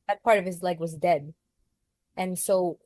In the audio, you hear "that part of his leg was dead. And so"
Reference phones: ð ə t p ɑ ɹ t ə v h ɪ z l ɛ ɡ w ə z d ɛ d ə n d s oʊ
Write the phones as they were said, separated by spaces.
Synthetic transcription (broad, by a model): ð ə t p ɑ ɹ t ə v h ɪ z l ɛ ɡ w ə z d ɛ d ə n s oʊ